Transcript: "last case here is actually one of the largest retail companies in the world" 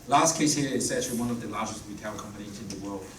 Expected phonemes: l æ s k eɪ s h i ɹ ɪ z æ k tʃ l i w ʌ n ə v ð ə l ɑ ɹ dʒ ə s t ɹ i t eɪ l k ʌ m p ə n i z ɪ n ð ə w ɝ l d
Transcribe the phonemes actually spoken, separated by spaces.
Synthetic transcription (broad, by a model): l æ s k eɪ s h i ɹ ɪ s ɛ tʃ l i w ʌ n ə v ð ə l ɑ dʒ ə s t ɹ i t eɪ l k ʌ m p ə n i z ɪ n ð ə w ɝ l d